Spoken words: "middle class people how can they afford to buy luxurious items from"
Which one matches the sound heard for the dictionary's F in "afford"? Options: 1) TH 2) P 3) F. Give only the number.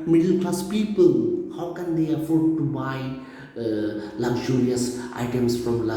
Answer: 3